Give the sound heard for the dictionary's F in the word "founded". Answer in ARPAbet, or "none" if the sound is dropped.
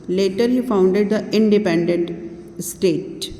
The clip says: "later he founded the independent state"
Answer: F